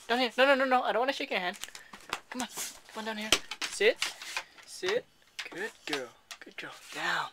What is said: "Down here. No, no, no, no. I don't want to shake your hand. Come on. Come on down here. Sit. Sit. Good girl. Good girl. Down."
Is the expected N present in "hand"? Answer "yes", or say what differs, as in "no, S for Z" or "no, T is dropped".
yes